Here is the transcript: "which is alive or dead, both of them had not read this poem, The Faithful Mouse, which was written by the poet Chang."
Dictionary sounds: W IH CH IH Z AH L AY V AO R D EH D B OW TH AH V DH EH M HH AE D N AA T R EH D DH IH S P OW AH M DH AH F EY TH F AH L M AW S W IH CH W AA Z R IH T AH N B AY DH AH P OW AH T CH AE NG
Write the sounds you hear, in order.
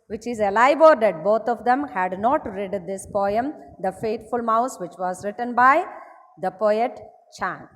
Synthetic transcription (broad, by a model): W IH CH IH Z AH L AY B AO R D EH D B OW T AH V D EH M HH AE D N AA T R EH D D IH S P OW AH M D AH F EY T F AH L M AW S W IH CH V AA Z R IH T AH N B AY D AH P OW AH T CH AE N